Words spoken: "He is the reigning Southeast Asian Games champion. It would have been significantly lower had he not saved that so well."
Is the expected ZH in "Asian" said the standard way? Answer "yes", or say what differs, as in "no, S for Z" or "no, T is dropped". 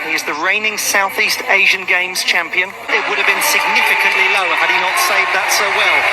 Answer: yes